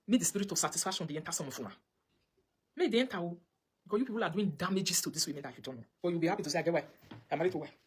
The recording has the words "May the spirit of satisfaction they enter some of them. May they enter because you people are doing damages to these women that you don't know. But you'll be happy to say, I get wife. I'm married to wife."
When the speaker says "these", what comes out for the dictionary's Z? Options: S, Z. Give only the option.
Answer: S